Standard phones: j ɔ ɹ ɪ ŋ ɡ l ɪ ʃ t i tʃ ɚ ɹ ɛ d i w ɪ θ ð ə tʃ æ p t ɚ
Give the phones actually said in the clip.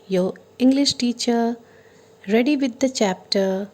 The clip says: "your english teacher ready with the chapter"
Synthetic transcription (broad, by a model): j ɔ ɪ ŋ ɡ l ɪ ʃ t i tʃ ɚ ɹ ɛ d i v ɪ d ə tʃ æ p t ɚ